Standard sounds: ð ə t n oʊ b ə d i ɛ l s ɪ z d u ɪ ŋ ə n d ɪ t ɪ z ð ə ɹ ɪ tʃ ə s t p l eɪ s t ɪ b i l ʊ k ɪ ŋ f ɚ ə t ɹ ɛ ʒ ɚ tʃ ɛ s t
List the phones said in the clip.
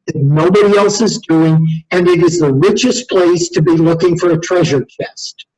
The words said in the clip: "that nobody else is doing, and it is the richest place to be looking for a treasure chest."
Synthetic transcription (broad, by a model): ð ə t n oʊ b ə d i ɛ l s ɪ z d u ɪ ŋ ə n ɪ t ɪ z ð ə ɹ ɪ tʃ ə s p l eɪ s t ɪ b i l ʊ k ɪ ŋ f ɚ ə t ɹ ɛ ʒ ɚ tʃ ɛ s t